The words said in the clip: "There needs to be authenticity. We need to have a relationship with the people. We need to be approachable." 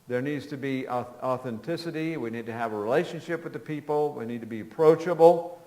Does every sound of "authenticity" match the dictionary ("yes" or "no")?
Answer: yes